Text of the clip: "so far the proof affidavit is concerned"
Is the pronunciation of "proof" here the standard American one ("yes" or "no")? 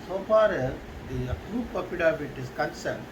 no